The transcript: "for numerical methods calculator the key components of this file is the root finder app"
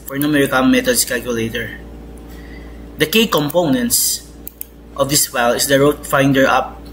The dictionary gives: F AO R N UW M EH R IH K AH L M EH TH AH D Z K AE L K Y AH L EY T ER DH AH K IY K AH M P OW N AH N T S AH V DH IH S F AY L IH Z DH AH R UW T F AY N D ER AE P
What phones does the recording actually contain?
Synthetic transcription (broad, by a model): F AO R N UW M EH R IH K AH N M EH T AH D S K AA L K Y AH L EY T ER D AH K IY K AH M P OW N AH N T S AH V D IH S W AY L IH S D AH R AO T F AY N D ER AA P